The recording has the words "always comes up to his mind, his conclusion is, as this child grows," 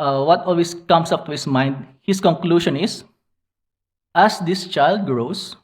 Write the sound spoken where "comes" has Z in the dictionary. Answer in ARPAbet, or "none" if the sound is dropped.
S